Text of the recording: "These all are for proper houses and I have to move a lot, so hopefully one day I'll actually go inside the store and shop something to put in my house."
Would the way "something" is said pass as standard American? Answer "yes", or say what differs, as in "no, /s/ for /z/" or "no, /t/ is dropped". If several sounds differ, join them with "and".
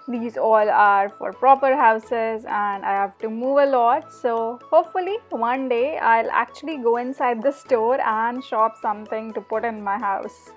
no, /t/ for /θ/